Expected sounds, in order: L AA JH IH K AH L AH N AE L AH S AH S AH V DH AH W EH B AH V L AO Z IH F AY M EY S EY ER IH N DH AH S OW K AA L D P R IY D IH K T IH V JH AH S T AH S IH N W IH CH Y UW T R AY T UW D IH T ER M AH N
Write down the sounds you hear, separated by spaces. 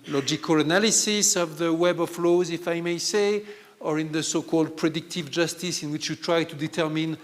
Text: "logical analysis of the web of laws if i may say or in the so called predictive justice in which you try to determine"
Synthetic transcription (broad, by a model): L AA JH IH K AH L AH N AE L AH S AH S AH V DH AH W EH B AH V L AO Z IH F AY M EY S EY ER IH N DH AH S OW K AA L D P R IY D IH K T IH V JH AH S T AH S IH N W IH CH Y UW T R AY T UW D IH T ER M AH N